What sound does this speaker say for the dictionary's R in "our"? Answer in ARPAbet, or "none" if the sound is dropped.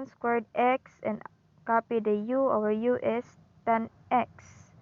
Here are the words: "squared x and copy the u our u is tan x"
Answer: W